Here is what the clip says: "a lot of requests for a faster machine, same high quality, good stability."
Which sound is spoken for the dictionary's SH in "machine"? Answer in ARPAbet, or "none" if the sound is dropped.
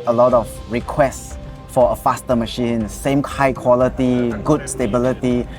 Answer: SH